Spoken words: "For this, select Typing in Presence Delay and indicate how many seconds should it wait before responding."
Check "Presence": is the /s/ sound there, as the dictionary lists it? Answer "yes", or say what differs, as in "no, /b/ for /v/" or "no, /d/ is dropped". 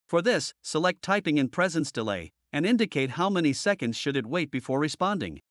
yes